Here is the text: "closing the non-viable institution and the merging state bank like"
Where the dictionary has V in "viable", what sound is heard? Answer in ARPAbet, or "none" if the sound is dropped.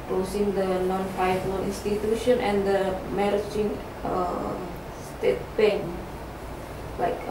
F